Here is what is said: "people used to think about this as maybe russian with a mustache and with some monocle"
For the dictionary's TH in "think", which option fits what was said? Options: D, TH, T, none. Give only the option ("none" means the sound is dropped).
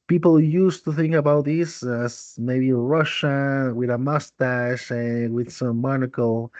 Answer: TH